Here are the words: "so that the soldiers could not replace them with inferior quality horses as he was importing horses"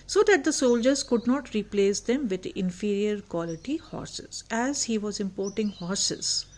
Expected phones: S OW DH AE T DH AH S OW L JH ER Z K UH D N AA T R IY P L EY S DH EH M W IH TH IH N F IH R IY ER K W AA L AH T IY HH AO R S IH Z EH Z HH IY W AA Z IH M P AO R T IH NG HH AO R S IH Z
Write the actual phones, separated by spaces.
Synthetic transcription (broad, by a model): S OW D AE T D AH S OW L JH ER Z K UH D N AA T R IY P L EY S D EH M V IH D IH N F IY R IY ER K W AA L AH T IY HH AO R S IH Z EH Z HH IY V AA Z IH M P AO R T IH NG HH AO R S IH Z